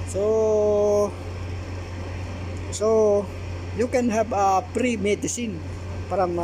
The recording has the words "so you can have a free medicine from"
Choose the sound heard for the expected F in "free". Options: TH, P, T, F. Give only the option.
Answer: P